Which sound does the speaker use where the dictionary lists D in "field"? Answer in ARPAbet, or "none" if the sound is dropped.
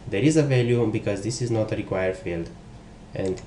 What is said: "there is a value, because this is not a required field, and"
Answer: D